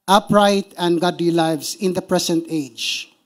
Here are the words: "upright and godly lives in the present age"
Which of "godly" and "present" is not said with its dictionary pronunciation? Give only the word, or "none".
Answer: present